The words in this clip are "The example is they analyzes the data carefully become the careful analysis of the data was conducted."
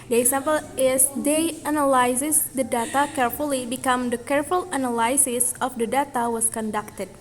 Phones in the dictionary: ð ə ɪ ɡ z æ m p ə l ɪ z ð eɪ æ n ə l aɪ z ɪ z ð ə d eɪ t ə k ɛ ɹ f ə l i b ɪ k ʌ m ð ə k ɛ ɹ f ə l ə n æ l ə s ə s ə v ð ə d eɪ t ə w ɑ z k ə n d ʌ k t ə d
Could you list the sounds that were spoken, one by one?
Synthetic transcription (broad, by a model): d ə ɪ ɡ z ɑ m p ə l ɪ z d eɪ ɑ n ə l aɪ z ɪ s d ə d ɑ t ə k ɛ ɹ f ə l i b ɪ k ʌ m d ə k ɛ ɹ f ə l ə n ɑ l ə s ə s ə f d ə d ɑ t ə w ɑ s k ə n d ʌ k t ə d